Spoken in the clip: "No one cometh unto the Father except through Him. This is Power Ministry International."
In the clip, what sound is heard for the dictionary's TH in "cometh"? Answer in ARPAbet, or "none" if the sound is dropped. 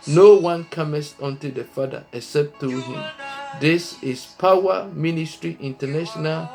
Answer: S